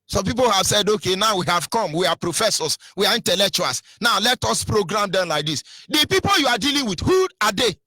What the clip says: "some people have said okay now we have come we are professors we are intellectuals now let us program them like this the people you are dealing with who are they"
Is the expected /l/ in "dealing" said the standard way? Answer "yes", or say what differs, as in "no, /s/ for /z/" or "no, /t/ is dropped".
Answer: yes